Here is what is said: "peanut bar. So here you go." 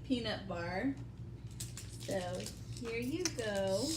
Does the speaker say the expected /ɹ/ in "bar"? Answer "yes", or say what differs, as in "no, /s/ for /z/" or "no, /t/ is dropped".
yes